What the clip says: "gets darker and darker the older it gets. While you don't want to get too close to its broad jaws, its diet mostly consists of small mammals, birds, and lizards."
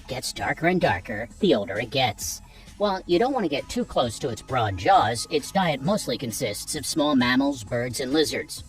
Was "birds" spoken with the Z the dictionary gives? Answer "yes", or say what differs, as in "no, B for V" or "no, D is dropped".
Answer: yes